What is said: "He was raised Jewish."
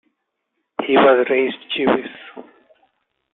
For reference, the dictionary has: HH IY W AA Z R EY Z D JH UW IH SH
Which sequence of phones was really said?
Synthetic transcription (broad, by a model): HH IY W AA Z R EY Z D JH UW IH S